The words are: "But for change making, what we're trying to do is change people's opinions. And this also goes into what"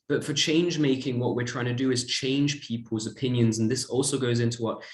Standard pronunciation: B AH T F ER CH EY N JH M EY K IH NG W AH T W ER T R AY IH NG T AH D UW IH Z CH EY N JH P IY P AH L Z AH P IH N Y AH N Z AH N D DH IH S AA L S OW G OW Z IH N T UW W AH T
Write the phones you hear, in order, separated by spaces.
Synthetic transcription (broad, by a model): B AH T F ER CH EY N JH M EY K IH NG W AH T W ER T R AY IH NG T AH D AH IH Z CH EY N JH P IY P AH L Z AH P IH N Y AH N Z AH N DH IH S AA L S OW G OW Z IH N T UW W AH T